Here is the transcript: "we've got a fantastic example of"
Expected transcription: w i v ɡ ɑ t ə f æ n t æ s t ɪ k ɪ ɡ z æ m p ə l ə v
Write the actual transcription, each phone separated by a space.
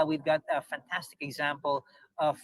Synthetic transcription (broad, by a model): w i v ɡ ɑ t ə f æ n t æ s t ɪ k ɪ ɡ z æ m p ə l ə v